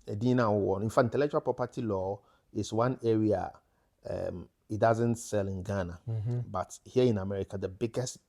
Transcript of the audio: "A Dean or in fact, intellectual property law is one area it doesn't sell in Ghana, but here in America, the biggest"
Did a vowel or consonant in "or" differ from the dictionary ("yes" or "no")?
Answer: yes